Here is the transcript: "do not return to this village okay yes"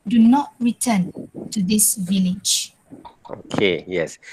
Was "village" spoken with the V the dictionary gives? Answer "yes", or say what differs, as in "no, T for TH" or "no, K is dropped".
yes